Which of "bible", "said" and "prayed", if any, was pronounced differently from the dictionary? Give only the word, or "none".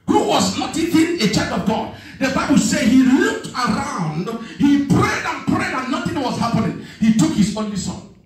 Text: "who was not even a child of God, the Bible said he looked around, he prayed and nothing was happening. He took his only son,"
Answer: none